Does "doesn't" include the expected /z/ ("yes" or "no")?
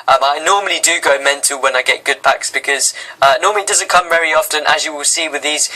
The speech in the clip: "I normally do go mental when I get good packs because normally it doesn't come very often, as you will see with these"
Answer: yes